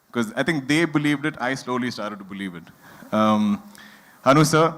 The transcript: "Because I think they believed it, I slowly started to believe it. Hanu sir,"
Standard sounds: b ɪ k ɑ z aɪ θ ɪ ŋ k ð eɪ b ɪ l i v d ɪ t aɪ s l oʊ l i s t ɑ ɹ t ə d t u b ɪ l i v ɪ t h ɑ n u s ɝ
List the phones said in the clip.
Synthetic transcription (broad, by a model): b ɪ k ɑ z aɪ t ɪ ŋ k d eɪ b ɪ l i v d ɪ t aɪ s l oʊ l i s t ɑ ɹ t ə d t u b ɪ l i v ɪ t h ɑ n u s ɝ